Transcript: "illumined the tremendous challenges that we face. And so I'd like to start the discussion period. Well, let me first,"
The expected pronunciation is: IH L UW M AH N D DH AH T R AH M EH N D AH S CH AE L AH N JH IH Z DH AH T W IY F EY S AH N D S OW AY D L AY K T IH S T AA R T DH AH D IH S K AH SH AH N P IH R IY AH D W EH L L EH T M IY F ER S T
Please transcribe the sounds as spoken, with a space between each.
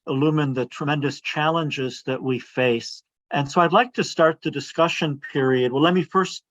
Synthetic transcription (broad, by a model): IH L UW M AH N DH AH T R AH M EH N D AH S CH AE L AH N JH IH Z DH AH T W IY F EY S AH N S OW AY D L AY K T IH S T AA R T DH AH D IH S K AH SH AH N P IH R IY AH D W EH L L EH T M IY F ER S T